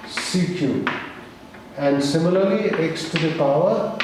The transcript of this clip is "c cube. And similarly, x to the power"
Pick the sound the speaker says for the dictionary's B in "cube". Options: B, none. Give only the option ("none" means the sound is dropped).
none